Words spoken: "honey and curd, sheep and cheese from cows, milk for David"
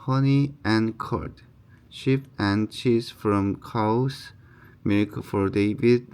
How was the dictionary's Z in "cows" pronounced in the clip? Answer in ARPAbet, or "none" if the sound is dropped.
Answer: S